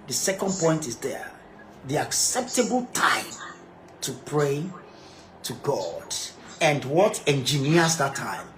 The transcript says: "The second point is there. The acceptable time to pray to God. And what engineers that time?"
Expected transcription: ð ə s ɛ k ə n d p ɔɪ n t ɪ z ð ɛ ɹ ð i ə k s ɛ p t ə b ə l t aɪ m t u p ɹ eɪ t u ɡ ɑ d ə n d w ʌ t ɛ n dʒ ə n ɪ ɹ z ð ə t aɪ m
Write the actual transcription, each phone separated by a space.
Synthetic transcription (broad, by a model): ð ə s ɛ k ə n d p ɔɪ n t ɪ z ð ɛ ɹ ð i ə k s ɛ p t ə b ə l t aɪ m t u p ɹ eɪ t u ɡ ɑ d ə n d w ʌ t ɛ n dʒ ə n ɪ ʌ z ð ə t aɪ m